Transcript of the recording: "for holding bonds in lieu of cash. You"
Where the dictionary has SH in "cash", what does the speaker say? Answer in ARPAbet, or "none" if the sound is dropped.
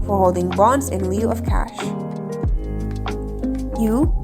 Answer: SH